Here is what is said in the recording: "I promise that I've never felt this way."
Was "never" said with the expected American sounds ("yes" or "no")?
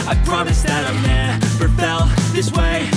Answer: no